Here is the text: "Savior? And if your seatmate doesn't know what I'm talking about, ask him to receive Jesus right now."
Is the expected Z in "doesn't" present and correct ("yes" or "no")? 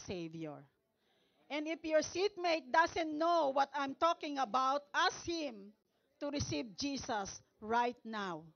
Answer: no